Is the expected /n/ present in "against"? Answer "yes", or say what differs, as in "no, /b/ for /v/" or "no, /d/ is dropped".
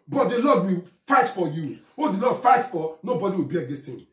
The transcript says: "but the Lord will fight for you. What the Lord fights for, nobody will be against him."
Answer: no, /n/ is dropped